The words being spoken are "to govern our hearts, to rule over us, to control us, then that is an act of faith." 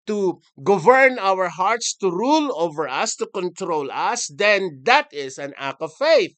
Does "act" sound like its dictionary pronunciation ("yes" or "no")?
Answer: no